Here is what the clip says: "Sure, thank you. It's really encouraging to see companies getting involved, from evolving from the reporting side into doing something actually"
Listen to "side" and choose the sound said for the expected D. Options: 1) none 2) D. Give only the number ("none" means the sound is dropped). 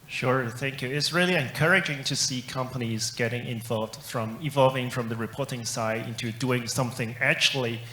2